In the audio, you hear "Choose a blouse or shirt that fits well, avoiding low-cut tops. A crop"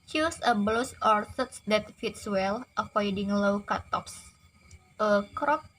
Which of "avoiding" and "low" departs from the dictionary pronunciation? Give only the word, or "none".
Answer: avoiding